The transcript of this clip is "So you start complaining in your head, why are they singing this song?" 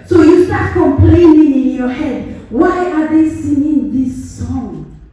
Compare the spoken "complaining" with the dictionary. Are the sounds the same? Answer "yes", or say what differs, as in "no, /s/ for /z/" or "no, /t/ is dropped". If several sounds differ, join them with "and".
yes